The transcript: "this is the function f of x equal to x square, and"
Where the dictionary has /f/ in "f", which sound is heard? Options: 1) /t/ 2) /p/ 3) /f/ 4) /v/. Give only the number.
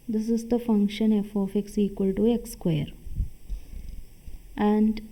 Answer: 3